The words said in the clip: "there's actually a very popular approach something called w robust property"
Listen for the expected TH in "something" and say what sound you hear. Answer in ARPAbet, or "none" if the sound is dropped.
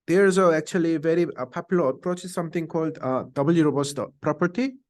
T